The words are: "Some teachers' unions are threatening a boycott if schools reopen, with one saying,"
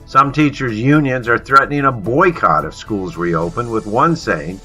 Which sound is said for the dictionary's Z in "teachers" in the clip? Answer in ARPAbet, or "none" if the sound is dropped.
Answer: Z